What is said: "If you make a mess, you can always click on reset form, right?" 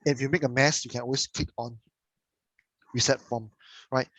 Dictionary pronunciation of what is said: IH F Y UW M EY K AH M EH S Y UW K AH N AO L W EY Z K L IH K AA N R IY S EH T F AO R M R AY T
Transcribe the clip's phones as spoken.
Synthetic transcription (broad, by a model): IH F Y UW M EY K AH M EH S Y UW K AH N AO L W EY S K IH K AA N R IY S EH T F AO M R AY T